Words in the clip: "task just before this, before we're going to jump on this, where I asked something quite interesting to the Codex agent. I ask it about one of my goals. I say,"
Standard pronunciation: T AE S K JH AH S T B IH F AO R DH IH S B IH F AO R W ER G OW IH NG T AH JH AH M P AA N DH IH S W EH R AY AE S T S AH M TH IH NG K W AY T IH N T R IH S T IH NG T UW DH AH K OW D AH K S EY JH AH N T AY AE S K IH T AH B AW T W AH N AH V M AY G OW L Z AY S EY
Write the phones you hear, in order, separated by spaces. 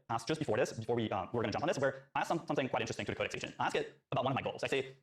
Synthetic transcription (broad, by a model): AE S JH AH S B IH F AO R DH IH S B IH F AO R W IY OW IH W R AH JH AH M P N DH IH S W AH R AY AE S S S AH M TH IH NG K W AY T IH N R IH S T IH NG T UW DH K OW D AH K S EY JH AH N AY AE S K IH T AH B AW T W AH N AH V M AY G OW L Z AY S EY